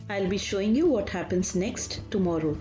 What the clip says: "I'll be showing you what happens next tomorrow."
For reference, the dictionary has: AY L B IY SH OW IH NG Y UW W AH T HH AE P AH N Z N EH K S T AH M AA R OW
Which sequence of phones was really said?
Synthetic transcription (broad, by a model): AY L B IY SH OW IH NG Y UW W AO T HH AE P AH N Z N EH K S T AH M AA R OW